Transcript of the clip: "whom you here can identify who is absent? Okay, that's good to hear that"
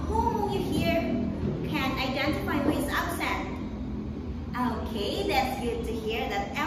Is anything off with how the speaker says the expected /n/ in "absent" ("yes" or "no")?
yes